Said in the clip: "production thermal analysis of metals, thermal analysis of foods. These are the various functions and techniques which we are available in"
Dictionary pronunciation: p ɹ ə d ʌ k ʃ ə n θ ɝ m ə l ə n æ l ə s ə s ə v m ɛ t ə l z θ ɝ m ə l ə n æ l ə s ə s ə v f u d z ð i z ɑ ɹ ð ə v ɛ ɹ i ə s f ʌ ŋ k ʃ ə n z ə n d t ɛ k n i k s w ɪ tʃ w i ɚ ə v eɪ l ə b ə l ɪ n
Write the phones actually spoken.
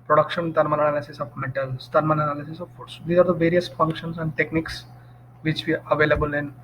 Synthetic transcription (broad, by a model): p ɹ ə d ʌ k ʃ ə n t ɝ m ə n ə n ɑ l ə s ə s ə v m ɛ t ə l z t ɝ m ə n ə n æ l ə s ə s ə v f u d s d i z ɑ ɹ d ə v ɛ ɹ i ə s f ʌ ŋ k ʃ ə n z ə n d t ɛ k n i k s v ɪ tʃ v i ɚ ə v eɪ l ə b ə l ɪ n